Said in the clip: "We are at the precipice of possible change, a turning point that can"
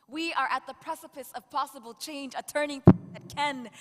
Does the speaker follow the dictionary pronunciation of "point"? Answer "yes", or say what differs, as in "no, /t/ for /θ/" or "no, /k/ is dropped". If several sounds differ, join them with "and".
no, /n/ is dropped